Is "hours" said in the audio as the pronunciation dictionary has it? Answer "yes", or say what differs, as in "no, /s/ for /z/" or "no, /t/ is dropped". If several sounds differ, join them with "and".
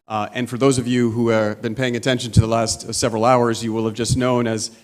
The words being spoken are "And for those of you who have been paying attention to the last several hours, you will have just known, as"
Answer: yes